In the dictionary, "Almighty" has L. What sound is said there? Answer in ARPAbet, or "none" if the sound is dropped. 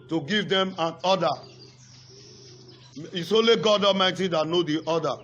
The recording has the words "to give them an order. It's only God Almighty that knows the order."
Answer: none